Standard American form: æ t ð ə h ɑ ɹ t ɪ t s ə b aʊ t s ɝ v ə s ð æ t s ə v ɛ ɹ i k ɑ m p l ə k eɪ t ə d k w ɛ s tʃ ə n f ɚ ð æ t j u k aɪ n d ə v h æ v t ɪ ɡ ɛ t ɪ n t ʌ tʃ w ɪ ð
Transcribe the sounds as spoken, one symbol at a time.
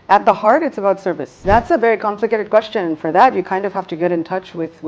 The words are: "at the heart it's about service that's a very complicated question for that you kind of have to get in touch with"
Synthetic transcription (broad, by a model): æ t ð ə h ɑ ɹ t ɪ t s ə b aʊ t s ɝ v ə s ð æ t s ə v ɛ ɹ i k ɑ m p l ə k eɪ t ə d k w ɛ s tʃ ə n f ɚ ð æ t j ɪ k aɪ n d ə v h æ f t ɪ ɡ ɛ t ɪ n t ʌ tʃ w ɪ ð